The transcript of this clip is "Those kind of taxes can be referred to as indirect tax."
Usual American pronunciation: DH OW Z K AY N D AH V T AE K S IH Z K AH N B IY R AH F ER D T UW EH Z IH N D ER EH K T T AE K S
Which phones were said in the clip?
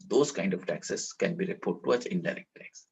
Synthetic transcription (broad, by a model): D OW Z K AY N D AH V T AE K S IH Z K AH N B IY R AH P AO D T UW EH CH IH N D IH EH K T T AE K S